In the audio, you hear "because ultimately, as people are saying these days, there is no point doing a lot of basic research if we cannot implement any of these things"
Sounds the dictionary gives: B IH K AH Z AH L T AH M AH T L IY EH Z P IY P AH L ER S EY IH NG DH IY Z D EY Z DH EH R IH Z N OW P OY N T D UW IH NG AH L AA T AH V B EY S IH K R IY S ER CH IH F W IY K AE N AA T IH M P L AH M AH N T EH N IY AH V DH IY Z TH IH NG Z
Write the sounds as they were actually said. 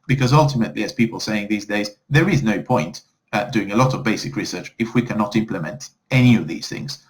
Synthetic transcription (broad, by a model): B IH K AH Z AH L T AH M AH T L IY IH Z P IY P AH L S EY IH NG DH IY Z D EY Z DH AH R IH Z N OW P OY N T D UW IH NG AH L AA T AH V B EY S IH K R IY S ER CH IH F W IY K AE N AA T IH M P L AH M AH N T EH N IY AH V DH IY Z TH IH NG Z